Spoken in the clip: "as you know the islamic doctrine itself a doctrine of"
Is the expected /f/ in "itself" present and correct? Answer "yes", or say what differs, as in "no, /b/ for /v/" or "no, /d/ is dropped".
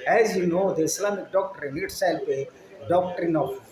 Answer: no, /p/ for /f/